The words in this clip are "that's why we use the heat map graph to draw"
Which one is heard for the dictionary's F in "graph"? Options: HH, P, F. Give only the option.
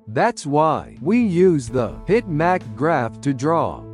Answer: F